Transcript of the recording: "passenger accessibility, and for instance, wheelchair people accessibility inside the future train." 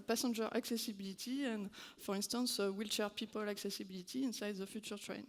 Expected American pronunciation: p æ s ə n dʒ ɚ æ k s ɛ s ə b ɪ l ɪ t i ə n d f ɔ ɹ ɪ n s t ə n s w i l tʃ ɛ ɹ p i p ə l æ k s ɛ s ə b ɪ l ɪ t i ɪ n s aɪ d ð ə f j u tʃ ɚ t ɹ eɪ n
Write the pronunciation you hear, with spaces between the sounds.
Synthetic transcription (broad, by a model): p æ s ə n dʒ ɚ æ k s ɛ s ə b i l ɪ t i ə n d f ɔ ɹ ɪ n s t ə n s w i l tʃ ɛ ɹ p i p ə l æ k s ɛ s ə b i l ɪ t i ɪ n s aɪ d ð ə f j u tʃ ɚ t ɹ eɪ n